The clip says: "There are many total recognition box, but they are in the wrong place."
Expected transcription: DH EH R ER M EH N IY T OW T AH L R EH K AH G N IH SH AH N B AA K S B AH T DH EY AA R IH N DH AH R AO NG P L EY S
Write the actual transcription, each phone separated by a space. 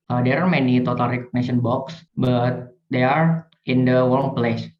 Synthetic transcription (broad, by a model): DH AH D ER M EH N IY T OW T AH L R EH K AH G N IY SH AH N B AA K S B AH T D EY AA R IH N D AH W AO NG P L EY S